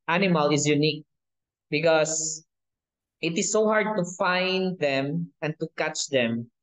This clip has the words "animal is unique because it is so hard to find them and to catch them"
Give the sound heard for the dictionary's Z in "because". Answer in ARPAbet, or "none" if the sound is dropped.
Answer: S